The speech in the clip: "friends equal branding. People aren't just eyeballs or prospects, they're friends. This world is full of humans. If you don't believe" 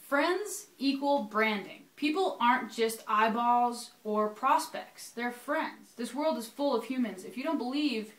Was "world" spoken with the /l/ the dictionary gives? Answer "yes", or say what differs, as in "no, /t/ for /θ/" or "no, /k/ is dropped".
yes